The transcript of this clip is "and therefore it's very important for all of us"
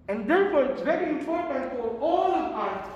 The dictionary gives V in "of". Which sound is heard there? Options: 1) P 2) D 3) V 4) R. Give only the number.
1